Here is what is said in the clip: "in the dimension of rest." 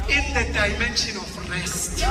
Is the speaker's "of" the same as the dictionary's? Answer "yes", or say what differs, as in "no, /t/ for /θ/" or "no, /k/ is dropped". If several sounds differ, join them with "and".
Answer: no, /f/ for /v/